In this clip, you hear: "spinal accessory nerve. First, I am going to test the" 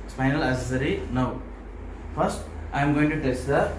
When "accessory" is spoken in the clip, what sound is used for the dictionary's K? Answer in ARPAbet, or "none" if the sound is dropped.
none